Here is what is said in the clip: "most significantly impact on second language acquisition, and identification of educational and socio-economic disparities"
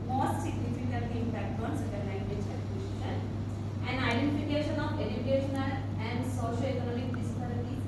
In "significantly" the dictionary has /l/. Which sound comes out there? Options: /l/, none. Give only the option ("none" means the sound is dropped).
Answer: none